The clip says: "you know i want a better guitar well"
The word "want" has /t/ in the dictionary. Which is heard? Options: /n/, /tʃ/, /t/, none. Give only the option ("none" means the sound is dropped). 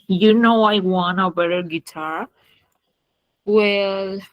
none